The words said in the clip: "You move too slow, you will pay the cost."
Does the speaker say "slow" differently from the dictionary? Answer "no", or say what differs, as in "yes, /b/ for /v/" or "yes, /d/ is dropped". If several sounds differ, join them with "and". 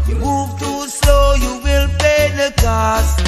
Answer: yes, /l/ is dropped